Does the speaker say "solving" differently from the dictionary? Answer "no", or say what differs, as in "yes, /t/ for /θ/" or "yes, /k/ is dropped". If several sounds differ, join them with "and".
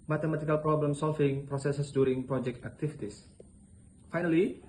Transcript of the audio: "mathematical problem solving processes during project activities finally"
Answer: yes, /f/ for /v/